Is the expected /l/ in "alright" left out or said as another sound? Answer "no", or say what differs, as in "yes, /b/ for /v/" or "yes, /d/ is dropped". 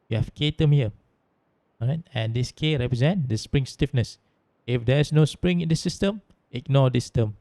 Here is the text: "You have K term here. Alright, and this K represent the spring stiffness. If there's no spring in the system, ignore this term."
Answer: yes, /l/ is dropped